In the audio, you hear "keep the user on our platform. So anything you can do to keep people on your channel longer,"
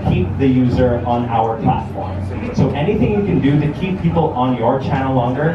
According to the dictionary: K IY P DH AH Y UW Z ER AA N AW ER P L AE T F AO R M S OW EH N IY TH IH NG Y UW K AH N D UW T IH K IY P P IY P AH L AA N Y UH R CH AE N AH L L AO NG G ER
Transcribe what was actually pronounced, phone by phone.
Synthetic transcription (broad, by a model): K IY P DH AH Y UW Z ER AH N AW ER P L AE T F AO R M S OW EH N IY TH IH NG Y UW K AH N D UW T IH K IY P P IY P L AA N Y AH R CH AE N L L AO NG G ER